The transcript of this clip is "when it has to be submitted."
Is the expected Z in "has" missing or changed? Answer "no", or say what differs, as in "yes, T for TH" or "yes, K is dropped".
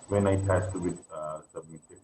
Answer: yes, S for Z